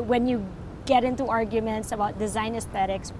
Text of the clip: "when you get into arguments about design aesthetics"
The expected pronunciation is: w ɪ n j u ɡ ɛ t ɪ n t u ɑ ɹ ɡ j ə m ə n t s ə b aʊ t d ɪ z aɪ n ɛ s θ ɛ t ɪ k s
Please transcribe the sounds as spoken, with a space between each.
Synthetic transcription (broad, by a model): w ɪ n j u ɡ ɛ t ɪ n t u ɑ ɹ ɡ j ə m ə n t s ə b aʊ t d ɪ z aɪ n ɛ s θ ɛ t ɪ k s